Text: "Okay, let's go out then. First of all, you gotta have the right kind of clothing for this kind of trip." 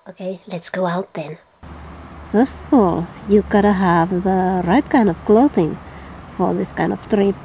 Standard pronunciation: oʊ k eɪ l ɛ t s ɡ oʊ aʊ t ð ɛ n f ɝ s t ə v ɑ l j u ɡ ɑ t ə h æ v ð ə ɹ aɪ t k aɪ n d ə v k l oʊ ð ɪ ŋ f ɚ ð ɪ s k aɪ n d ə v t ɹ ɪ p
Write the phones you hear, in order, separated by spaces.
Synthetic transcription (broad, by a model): oʊ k eɪ l ɛ t s ɡ oʊ aʊ t ð ɛ n f ɝ s t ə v ɑ l j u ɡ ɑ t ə h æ v ð ə ɹ aɪ t k aɪ n d ə v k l oʊ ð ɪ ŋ f ɚ ð ɪ s k aɪ n d ə v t ɹ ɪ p